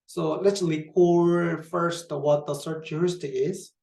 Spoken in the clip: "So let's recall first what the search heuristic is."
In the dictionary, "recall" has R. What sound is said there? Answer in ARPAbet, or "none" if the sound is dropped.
L